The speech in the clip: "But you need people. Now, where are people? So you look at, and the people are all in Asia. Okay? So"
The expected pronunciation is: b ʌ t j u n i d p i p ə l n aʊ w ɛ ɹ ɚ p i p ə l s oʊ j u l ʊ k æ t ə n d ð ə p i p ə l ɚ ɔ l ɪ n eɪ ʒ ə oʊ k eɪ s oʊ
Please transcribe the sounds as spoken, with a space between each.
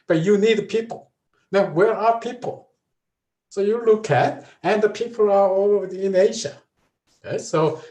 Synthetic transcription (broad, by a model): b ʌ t j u n i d p i p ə l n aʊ w ɛ ɹ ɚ p i p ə l s oʊ j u l ʊ k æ t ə n ð ə p i p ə l ɚ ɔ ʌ ɪ n eɪ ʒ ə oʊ ɪ s oʊ